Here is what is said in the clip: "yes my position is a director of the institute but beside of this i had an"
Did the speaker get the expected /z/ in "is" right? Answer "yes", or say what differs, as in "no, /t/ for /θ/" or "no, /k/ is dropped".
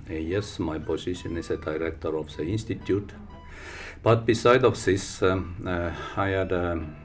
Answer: no, /s/ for /z/